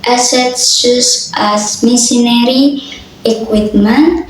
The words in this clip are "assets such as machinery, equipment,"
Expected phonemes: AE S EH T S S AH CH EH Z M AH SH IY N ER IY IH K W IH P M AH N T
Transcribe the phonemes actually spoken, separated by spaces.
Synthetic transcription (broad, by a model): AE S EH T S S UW S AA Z M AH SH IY N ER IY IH K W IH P M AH N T